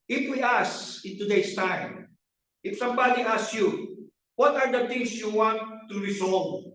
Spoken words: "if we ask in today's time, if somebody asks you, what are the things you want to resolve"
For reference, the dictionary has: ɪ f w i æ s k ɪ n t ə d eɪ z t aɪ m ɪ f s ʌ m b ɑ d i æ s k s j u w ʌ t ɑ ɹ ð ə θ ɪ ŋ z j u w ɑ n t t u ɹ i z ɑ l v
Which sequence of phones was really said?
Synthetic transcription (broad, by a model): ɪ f w i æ s ɪ n t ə d eɪ s t aɪ m ɪ f s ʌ m b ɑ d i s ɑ s j u w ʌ t ɑ ɹ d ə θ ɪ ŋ s j u w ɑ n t t u ɹ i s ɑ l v